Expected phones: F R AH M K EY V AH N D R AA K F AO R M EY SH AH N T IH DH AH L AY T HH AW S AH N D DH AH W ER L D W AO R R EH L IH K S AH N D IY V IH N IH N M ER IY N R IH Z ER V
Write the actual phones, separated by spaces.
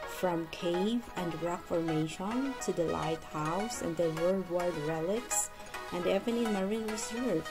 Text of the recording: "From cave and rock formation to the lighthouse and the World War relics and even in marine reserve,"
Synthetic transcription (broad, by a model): F R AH M K EY V AH N D R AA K F AO R M EY SH AH N T IH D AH L AY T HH AW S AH N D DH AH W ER W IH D R EH L IH K S AH N D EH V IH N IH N M ER IY N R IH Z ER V